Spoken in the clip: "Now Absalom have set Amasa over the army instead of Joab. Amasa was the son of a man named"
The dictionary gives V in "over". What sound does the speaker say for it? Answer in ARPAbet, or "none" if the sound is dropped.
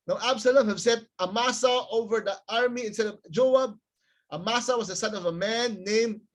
V